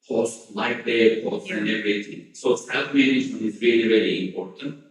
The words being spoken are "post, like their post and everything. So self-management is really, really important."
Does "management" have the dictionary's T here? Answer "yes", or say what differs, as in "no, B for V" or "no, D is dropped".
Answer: no, T is dropped